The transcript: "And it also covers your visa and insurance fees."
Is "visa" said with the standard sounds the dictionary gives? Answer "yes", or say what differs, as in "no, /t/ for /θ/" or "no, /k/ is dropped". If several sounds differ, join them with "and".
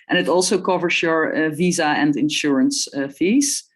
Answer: yes